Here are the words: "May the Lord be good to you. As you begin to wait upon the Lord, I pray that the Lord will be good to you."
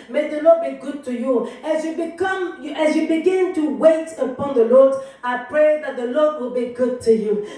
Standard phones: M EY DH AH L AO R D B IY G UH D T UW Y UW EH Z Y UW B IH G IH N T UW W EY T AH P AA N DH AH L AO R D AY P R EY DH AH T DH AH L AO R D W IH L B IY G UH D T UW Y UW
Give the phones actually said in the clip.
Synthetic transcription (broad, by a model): M EY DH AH L AO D B IY G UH D T UW Y UW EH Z Y UW B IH G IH N T UW W EY T AH P AA N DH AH L AO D AY P R EY DH AH T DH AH L AO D W IH L B IY G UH D T UW Y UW